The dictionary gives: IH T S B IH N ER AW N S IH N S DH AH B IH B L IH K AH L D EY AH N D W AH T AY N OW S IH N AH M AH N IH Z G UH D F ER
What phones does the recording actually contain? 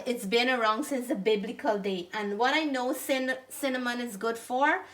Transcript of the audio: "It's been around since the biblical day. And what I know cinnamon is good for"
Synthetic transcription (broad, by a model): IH T S B IH N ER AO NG S IH N S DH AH B IH B L IH K AH L D EY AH N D W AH T AY N OW S IH N AH M AH N IH Z G UH D F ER